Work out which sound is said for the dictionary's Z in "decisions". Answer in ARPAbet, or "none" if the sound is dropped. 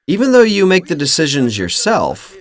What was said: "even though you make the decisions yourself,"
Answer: Z